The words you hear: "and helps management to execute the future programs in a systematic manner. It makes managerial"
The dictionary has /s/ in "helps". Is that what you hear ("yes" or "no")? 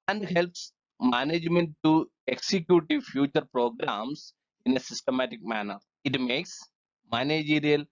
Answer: yes